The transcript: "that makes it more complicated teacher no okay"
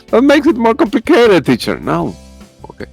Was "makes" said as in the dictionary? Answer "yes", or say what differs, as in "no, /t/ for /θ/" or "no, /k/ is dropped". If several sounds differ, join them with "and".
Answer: yes